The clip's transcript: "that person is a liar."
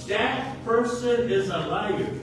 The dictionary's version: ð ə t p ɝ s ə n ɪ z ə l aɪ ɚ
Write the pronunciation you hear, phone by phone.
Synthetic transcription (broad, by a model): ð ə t p ɝ s ə n ɪ z ə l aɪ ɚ